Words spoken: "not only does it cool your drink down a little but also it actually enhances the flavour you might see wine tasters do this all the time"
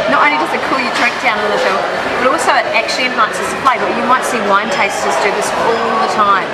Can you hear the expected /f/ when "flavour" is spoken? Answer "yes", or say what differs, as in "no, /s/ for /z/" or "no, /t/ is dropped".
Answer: no, /p/ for /f/